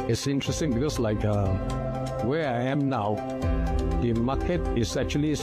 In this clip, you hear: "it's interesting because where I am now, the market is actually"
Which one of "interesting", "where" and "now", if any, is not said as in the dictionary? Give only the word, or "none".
where